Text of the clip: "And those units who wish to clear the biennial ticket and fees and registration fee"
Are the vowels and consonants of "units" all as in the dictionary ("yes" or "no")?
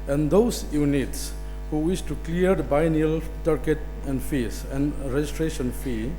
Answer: yes